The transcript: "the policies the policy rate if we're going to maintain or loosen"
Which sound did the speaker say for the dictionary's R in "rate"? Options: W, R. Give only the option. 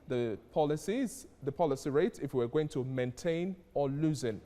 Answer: R